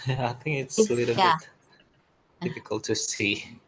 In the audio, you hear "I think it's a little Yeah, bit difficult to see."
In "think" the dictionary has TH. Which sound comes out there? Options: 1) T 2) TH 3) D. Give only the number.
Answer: 2